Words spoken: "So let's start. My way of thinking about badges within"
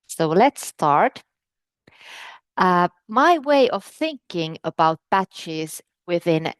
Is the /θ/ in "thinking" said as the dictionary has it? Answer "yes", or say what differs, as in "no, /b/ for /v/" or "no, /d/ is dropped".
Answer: yes